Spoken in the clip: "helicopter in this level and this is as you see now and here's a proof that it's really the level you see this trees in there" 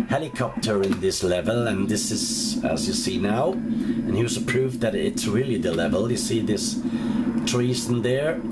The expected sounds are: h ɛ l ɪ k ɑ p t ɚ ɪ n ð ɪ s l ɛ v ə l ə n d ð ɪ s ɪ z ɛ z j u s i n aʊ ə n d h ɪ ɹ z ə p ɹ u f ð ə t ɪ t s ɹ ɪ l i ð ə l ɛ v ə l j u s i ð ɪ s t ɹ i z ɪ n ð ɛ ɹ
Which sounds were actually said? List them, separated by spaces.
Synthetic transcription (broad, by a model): h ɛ l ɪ k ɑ p t ɚ ɪ n ð ɪ s l ɛ v ə l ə n ð ɪ s ɪ z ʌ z j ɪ s i n aʊ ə n h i w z ə p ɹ u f ð ə t ɪ t s ɹ ɪ l i ð ə l ɛ v ə l j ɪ s i ð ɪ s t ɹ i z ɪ n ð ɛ ɹ